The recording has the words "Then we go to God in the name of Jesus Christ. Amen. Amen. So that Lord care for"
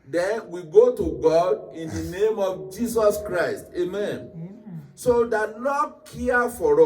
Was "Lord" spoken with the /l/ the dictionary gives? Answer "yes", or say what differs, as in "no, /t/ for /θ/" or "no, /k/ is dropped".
no, /n/ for /l/